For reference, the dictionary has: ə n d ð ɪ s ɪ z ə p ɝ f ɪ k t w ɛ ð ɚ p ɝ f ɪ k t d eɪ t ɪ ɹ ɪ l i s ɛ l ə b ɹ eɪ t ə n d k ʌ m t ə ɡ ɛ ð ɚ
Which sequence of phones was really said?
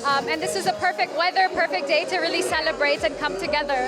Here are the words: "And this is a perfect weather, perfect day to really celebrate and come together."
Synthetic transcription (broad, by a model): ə n ð ɪ s ɪ z ə p ɝ f ɪ k t w ɛ ð ɚ p ɝ f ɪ k d eɪ t ɪ ɹ ɪ l i s ɛ l ə b ɹ eɪ t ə n k ʌ m t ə ɡ ɛ ð ɚ